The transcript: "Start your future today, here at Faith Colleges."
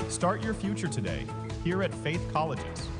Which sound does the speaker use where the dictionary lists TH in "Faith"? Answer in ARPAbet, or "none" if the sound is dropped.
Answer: TH